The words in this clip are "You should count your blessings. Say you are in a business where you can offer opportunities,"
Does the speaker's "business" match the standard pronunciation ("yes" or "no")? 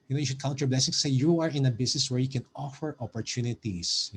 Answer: no